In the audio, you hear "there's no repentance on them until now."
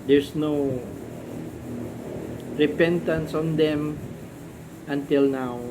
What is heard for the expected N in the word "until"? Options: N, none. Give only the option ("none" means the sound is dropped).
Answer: N